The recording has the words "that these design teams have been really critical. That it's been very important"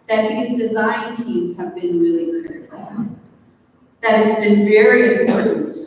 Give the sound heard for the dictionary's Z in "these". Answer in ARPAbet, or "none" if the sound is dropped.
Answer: Z